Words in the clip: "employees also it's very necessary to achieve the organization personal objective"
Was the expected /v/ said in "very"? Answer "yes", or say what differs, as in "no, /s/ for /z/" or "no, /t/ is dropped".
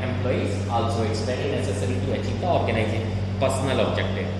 no, /p/ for /v/